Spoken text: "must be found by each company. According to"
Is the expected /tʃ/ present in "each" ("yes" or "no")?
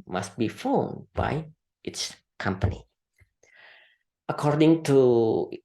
no